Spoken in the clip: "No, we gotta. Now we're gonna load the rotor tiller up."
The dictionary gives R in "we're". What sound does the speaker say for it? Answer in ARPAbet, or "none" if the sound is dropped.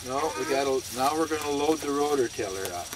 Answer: R